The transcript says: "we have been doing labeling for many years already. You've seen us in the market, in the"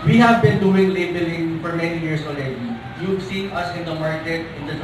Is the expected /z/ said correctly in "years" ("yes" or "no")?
no